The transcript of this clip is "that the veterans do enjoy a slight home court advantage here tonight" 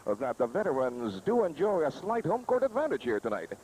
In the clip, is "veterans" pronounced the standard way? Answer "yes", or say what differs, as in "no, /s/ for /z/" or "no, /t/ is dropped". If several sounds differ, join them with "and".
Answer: yes